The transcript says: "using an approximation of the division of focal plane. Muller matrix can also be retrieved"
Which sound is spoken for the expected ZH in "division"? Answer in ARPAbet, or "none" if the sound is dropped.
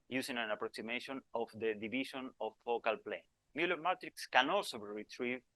SH